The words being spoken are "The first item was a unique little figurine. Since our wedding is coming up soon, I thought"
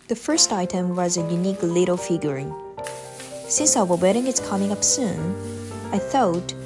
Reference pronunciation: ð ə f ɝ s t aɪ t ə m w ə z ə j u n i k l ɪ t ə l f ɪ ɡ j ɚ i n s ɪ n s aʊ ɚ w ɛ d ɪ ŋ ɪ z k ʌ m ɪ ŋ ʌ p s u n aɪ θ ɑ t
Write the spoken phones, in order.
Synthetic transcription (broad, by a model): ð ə f ɝ s t aɪ t ə m w ə z ə j u n i k l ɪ t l f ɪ ɡ j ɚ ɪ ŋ s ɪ n s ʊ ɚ w ɛ d ɪ ŋ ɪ s k ʌ m ɪ ŋ ʌ p s u n aɪ θ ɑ t